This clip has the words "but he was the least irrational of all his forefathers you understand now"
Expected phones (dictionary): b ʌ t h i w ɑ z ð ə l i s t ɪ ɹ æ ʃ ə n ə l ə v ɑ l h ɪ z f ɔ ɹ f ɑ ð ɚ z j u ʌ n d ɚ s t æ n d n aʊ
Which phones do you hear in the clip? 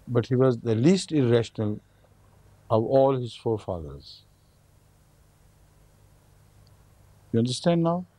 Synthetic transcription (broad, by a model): b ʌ t h i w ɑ z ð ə l i s t ɪ ɹ æ ʃ ə n ə l ə v ɑ l h ɪ z f ɔ ɹ f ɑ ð ɚ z j u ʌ n d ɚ s t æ n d n aʊ